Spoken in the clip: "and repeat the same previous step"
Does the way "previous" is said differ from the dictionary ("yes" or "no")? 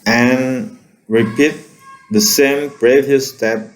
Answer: yes